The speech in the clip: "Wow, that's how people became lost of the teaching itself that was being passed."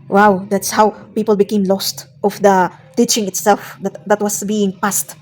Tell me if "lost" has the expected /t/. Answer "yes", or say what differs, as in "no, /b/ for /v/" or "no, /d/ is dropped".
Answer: yes